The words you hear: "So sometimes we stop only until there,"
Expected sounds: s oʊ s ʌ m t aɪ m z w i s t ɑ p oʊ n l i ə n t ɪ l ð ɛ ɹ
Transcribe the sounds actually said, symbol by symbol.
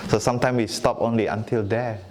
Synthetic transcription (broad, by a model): s oʊ s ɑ m t aɪ m w i s t ɑ p oʊ n l i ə n t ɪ l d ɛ